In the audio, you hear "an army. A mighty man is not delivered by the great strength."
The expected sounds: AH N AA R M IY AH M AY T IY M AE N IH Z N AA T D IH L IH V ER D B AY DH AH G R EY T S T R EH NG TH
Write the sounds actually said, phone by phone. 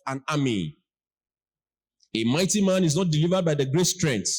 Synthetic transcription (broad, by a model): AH N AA M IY AH M AY T IY M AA N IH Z N AA T D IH L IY V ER D B AY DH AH G R EY T S T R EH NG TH